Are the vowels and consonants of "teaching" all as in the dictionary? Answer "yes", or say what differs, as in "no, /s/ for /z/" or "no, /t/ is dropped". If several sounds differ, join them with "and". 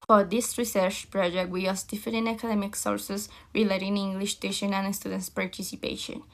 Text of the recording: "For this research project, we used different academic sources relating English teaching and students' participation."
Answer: no, /ʃ/ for /tʃ/